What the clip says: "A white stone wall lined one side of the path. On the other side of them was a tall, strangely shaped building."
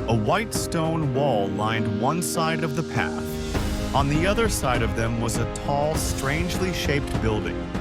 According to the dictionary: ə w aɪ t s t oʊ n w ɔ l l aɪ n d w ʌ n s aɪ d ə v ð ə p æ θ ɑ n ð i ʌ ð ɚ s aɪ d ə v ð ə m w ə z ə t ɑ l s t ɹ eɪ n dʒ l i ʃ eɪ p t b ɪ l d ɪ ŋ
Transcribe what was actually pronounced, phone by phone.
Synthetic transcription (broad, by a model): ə w aɪ t s t oʊ n w ɔ l l aɪ n d w ʌ n s aɪ d ə v ð ə p æ θ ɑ n ð i ʌ ð ɚ s aɪ d ə v ð ə m w ə z ə t ɑ l s t ɹ eɪ n dʒ l i ʃ eɪ p t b ɪ l d ɪ ŋ